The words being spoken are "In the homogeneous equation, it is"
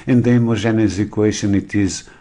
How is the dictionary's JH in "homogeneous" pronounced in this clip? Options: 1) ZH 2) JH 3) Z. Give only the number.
1